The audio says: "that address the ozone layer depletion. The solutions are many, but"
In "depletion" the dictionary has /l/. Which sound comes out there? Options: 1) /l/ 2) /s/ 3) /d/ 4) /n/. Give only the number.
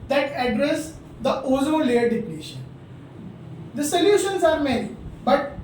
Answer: 4